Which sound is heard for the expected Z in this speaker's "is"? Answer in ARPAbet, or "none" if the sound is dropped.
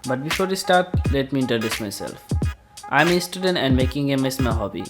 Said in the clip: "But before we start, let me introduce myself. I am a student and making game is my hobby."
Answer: S